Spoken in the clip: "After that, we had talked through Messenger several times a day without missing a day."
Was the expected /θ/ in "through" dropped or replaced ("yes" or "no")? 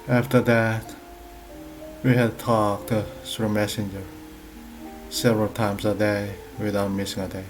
yes